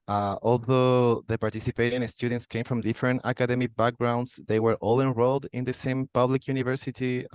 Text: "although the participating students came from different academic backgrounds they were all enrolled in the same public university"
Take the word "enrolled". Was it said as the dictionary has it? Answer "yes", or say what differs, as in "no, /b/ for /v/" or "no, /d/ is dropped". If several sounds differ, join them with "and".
yes